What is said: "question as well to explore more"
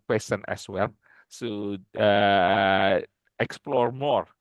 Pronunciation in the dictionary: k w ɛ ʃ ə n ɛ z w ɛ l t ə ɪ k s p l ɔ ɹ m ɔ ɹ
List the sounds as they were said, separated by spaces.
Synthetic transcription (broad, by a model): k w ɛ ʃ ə n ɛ s w ɛ l s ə ɪ k s p l ɔ ɹ m ɔ ɹ